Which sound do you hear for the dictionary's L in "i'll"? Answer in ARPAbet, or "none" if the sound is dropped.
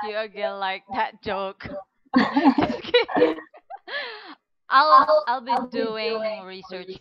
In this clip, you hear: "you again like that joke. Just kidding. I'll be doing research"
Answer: L